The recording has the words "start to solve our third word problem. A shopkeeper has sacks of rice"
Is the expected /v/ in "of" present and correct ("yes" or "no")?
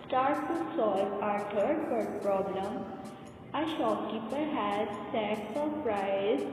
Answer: no